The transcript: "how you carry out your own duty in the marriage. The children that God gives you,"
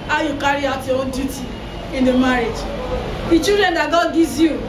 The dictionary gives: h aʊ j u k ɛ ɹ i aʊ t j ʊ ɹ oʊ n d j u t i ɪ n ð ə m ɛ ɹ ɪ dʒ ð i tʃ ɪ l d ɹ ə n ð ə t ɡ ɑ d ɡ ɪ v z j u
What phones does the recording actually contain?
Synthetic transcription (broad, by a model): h aʊ j u k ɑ ɹ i aʊ t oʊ d j u t i ɪ n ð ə m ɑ ɹ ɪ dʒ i tʃ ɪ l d ɹ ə n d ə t ɡ ɑ d ɡ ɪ z j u